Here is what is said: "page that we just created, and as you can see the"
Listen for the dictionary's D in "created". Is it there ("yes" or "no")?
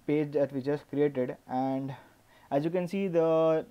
yes